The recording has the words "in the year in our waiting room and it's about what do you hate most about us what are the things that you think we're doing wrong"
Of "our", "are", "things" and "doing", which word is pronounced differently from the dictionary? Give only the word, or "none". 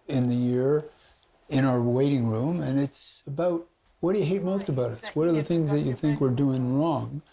none